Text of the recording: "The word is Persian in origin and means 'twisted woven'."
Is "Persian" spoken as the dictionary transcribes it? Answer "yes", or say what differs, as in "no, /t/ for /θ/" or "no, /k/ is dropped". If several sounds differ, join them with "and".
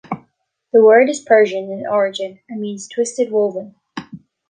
yes